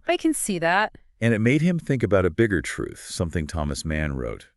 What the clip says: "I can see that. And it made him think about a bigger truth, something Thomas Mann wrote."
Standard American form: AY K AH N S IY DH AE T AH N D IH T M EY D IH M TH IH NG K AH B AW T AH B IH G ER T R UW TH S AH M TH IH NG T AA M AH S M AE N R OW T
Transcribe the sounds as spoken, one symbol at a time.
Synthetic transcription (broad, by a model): AY K AH N S IY DH AE T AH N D IH T M EY D IH M TH IH NG K AH B AW T AH B IH G ER T R UW TH S AH M TH IH NG T AA M AH S M AE N R OW T